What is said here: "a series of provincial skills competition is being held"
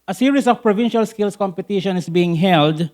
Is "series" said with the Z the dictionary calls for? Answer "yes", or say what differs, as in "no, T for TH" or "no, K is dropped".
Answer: no, S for Z